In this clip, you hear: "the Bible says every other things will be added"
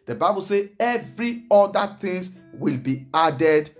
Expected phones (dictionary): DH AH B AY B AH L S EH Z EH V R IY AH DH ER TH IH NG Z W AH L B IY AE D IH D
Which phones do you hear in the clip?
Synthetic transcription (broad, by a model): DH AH B AY B AH L S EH EH V R IY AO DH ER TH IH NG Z W AH L B IY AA D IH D